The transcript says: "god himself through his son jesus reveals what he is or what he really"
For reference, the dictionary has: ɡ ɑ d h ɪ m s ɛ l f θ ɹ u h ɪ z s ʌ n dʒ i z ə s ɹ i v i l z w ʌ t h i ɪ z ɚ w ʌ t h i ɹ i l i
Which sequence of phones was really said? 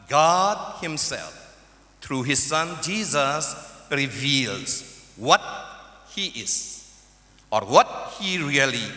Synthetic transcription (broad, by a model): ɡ ɑ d h ɪ m s ɛ l f t ɹ u h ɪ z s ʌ n dʒ i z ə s ɹ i v i l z w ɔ t h i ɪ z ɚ w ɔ t h i ɹ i l i